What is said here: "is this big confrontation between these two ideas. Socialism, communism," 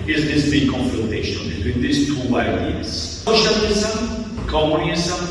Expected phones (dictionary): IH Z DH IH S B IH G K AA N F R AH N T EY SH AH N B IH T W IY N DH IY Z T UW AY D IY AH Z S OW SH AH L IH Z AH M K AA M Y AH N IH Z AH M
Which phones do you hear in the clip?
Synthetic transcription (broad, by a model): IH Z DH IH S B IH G K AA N F R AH N T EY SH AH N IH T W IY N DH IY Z T UW AY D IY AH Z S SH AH N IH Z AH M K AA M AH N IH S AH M